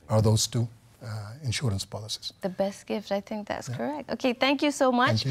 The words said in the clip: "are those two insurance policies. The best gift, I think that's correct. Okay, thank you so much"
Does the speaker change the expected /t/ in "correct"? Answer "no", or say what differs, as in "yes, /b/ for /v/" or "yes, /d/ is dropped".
no